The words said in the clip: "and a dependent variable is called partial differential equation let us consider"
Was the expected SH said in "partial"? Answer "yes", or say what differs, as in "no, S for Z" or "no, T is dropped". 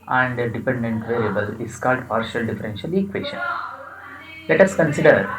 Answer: yes